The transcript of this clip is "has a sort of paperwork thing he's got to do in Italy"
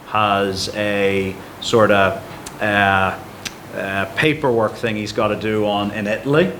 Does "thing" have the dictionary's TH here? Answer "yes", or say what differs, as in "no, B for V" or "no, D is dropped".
yes